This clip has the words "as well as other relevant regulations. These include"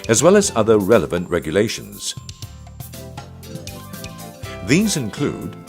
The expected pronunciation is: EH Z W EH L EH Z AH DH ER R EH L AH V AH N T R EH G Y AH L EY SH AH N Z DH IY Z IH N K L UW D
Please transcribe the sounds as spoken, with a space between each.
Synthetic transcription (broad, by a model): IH Z W EH L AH Z AH DH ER R EH L AH V AH N T R EH G Y AH L EY SH AH N Z DH IY Z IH N K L UW D